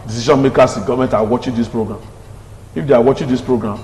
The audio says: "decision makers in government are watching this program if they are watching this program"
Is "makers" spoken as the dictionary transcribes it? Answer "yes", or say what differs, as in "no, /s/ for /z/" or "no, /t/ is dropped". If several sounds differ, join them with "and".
no, /s/ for /z/